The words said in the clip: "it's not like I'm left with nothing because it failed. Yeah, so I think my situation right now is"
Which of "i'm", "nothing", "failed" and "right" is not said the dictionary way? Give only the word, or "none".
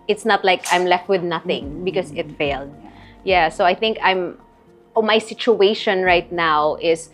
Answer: none